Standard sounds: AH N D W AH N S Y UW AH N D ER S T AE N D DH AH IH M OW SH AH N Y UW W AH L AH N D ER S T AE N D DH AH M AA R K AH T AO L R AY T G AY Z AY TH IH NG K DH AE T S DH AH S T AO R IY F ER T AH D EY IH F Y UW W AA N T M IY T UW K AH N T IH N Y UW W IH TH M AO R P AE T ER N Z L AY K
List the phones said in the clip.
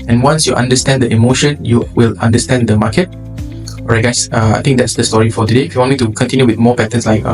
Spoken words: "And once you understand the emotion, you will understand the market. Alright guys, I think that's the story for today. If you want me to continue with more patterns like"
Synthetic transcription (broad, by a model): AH N W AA N S Y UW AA N D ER S T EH N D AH IH M OW SH AH N Y UW W AH L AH N D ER S T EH N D AH M AA K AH T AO R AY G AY S AY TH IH NG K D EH T S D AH S T AO R IY F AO T AH D EY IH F Y UW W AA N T M IY T UW K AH N T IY N Y UW W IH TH M AO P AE T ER N S L AY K